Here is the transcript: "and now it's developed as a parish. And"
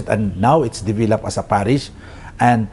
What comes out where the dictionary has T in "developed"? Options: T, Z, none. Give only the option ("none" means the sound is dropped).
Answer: none